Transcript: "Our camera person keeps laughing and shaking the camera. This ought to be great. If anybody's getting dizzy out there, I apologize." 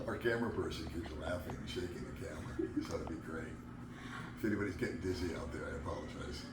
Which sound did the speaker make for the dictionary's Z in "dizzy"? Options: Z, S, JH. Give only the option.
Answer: Z